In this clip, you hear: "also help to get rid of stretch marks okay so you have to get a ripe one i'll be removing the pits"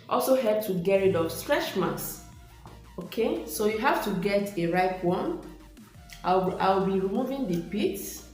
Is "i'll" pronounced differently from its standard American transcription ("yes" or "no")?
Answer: yes